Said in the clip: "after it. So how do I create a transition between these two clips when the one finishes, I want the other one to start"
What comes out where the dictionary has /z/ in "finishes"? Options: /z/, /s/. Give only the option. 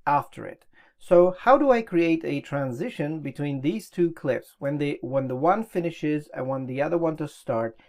/z/